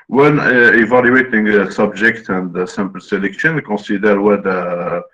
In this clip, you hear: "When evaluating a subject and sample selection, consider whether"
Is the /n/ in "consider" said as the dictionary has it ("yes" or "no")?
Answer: no